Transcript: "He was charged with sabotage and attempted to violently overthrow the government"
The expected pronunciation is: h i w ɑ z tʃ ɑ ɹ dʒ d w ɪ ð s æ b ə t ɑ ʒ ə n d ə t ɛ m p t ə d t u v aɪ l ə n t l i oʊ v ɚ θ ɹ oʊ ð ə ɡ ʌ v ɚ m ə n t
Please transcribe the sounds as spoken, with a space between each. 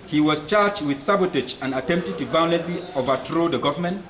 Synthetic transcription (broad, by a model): h i w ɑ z tʃ ɑ ɹ dʒ d w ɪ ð s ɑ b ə t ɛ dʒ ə n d ə t ɛ m p t ə d t u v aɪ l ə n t l i oʊ v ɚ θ ɹ oʊ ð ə ɡ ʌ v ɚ m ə n t